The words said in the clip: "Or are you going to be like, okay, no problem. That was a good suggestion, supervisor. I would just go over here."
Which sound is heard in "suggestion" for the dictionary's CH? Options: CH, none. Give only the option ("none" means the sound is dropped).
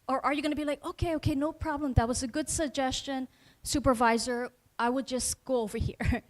CH